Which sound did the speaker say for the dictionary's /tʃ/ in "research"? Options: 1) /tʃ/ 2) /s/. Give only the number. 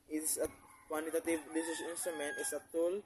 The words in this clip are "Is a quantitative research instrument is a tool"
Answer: 2